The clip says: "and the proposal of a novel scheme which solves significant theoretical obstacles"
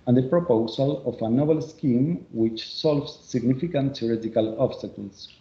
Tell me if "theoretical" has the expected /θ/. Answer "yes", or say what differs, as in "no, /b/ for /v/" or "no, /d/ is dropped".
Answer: no, /s/ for /θ/